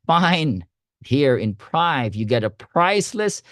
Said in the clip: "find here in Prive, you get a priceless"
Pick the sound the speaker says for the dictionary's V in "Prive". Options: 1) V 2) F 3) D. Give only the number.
1